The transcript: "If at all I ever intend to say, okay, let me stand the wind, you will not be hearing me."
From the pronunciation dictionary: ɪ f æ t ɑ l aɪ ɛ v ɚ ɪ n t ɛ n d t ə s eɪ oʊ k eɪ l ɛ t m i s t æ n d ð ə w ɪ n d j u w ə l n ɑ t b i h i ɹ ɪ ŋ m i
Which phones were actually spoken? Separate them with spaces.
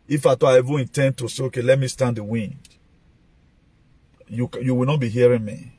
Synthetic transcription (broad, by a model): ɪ f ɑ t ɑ aɪ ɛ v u ɪ n t ɛ n d t ə s eɪ oʊ k eɪ l ɛ t m i s t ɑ n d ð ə w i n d j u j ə w n ɑ t b i h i ɹ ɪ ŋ m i